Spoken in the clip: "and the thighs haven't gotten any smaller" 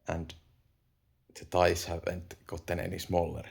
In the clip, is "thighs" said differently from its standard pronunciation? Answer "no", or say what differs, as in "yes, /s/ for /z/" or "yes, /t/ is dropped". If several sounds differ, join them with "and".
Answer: yes, /t/ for /θ/ and /s/ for /z/